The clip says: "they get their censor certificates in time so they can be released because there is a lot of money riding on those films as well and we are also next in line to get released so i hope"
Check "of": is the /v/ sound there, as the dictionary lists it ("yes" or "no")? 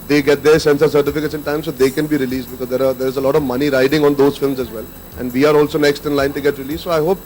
yes